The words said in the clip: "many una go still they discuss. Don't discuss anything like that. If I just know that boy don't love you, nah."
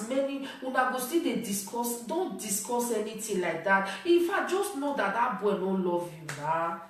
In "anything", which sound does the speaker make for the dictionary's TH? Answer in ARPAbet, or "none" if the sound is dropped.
T